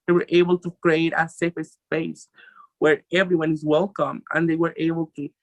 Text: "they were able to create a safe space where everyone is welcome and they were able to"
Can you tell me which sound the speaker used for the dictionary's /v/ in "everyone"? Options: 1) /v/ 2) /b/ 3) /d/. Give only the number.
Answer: 1